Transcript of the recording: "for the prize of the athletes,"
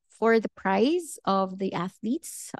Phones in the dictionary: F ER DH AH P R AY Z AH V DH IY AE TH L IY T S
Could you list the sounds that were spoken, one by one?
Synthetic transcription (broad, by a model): F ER DH AH P R AY Z AH V DH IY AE TH L IY T S